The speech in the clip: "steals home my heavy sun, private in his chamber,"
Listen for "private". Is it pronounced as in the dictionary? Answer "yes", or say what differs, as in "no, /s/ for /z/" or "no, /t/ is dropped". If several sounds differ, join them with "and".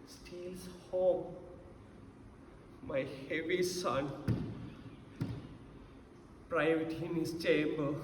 no, /w/ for /v/